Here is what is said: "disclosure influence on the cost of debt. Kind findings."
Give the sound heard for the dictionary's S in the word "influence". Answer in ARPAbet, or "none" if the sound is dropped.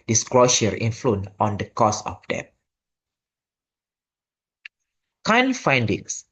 none